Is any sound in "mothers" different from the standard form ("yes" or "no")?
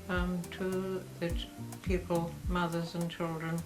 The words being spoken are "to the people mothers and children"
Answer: no